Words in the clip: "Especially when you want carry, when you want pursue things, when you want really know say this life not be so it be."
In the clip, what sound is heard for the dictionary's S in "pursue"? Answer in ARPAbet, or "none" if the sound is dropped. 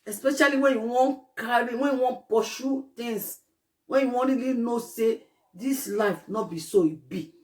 SH